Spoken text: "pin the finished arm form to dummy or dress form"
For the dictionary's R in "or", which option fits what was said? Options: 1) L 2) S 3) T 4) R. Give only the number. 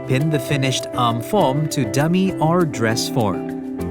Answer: 4